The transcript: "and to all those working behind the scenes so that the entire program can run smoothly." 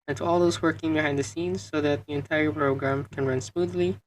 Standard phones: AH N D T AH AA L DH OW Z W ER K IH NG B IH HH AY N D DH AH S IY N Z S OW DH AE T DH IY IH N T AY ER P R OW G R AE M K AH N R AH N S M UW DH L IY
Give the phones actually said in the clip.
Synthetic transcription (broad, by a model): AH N T AH AA L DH OW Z W ER K IH NG B IH HH AY N D DH AH S IY N Z S OW DH AE T DH IY IH N T AY ER P R OW G R AE M K AH N R AH N S M UW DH L IY